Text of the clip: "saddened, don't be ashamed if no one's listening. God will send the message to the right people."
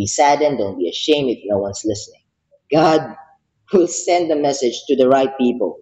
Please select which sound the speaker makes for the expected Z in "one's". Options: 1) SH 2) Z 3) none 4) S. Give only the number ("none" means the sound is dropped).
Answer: 4